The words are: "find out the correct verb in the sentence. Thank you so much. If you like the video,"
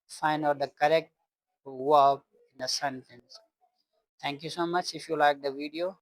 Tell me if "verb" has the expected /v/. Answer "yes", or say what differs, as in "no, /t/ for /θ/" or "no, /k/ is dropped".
no, /w/ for /v/